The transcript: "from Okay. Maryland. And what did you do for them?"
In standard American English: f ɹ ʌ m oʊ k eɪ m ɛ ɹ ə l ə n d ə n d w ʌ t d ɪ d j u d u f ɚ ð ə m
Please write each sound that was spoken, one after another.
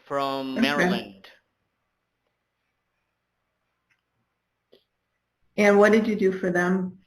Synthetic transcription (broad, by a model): f ɹ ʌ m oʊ m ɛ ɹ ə ə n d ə n w ʌ t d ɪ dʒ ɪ d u f ɚ ð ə m